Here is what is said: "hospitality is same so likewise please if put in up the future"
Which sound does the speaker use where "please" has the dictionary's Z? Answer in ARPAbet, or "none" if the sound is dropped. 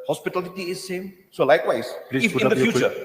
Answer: none